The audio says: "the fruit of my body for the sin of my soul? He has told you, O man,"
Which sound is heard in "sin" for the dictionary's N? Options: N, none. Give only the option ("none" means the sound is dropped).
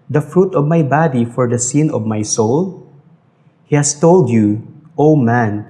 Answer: N